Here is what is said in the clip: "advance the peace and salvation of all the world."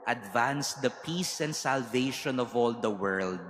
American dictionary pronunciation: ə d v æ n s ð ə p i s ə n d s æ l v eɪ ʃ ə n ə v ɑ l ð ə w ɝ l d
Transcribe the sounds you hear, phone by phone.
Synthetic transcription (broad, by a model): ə d v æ n s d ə p i s ə n d s æ l v eɪ ʃ ə n ə v ɑ l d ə w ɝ l d